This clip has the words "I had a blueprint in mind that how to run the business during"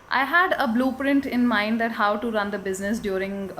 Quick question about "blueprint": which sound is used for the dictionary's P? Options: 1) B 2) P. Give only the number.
2